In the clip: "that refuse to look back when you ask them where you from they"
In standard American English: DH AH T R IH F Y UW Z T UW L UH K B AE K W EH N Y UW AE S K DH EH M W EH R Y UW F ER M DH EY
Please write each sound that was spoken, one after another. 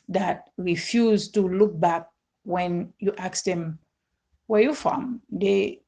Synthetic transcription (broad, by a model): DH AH T R IH F Y UW Z T UW L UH K B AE K W EH N Y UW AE K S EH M W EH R Y UW F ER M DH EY